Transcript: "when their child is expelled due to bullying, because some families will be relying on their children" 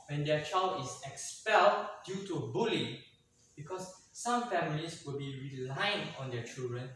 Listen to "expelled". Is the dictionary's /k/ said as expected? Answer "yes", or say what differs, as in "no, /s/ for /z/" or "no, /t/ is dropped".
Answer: yes